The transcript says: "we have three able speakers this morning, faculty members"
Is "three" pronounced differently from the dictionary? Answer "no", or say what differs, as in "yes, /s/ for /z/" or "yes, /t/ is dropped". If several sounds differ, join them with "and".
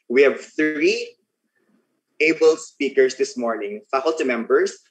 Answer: no